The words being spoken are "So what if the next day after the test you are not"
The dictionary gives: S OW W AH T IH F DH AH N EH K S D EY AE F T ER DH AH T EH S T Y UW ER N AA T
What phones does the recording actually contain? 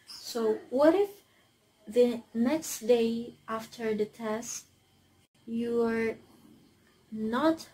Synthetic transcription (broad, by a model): S OW W AH T IH F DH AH N EH K S D EY AE F T ER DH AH T EH S T Y UW ER N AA T